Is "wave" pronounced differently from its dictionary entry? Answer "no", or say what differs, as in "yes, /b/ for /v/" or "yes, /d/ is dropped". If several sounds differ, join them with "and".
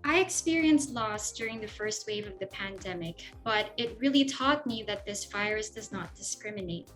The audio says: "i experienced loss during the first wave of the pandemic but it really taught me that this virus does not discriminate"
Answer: no